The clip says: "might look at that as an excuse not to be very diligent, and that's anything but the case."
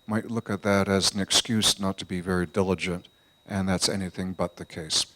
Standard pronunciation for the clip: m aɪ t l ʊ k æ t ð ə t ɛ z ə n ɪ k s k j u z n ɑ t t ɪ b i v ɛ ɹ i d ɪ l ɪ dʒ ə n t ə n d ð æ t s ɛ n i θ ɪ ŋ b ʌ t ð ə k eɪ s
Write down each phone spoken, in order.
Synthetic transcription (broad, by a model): m aɪ t l ʊ k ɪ t ð ə t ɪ z n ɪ k s k j u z n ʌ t t ɪ b i v ɛ ɹ i d ɪ l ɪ dʒ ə n t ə n ð æ t s ɛ n i θ ɪ ŋ b ʌ t ð ə k eɪ s